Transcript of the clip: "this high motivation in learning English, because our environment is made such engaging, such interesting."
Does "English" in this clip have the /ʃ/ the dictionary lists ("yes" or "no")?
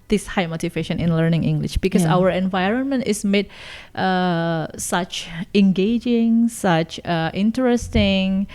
yes